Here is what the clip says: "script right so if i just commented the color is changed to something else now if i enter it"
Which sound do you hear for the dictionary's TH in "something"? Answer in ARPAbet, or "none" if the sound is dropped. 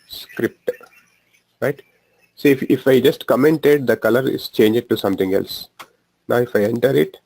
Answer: T